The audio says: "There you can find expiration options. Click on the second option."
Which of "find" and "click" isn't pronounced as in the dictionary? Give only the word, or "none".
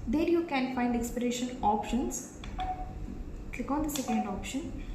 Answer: none